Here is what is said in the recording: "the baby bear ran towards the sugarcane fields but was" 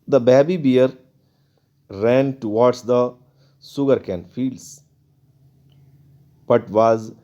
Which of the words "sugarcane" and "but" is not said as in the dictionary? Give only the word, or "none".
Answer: sugarcane